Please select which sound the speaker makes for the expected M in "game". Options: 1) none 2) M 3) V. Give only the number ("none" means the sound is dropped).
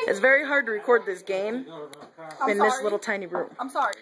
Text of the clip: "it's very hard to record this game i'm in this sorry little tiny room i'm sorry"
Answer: 1